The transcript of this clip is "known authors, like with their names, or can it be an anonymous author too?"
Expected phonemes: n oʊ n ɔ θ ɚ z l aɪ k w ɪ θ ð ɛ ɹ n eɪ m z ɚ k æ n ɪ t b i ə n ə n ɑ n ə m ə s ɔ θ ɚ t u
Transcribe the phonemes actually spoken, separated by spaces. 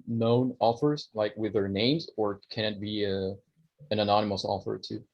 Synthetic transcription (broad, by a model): n oʊ n ɔ f ɚ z l aɪ k w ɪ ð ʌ ɹ n eɪ m z ɚ k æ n ɪ t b i ə n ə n ɑ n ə m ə s ɔ f ɚ t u